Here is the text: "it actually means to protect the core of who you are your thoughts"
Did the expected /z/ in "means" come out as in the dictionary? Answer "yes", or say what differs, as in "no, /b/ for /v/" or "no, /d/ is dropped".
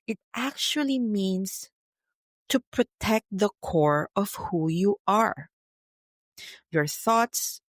no, /s/ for /z/